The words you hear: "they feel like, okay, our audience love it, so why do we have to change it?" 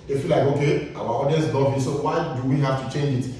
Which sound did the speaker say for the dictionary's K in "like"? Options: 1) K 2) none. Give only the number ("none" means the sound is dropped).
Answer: 1